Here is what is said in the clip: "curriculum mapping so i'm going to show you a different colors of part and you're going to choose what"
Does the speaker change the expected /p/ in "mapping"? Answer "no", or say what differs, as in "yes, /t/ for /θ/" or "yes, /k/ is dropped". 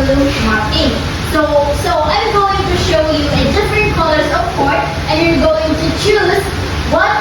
yes, /p/ is dropped